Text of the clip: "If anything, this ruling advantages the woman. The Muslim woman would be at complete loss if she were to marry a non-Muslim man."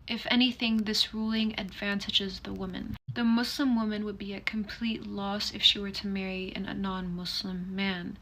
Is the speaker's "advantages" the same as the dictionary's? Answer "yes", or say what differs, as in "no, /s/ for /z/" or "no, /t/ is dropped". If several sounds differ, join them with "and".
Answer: yes